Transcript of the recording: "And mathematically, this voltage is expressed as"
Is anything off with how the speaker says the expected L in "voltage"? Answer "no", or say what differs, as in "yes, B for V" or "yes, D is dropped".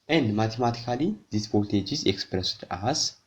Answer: yes, L is dropped